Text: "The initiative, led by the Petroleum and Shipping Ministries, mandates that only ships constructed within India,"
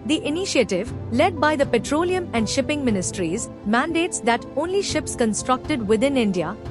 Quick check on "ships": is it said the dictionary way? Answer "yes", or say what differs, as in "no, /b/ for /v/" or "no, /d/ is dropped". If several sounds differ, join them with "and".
yes